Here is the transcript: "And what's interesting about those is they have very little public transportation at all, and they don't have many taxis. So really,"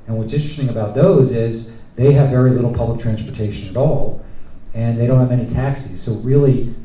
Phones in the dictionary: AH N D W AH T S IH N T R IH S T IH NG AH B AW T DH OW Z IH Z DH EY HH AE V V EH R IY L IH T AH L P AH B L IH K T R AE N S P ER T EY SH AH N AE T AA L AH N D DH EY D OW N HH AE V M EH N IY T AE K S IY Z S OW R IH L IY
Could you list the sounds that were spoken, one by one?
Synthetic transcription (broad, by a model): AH N W AH T S IH N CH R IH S T IH NG AH B AW T DH OW Z IH Z DH EY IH V V EH R IY L IH T L P AH B L IH K T R AE N S P ER T EY SH AH N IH T AA L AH N DH EY D OW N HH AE V EH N IY T AE K S IY Z S OW R IH L IY